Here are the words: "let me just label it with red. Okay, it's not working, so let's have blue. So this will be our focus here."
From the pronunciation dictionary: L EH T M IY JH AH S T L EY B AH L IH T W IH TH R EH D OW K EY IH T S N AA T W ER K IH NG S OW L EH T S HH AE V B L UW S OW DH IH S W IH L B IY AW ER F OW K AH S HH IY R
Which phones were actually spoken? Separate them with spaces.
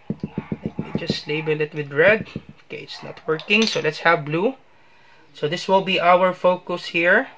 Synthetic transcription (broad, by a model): L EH T M IY JH AH S T L EY B AH L IH T W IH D R EH D OW K EY IH T S N AA T W ER K IH NG S OW L EH T S HH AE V B L UW S OW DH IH S W IH L B IY AW ER F OW K AH S HH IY R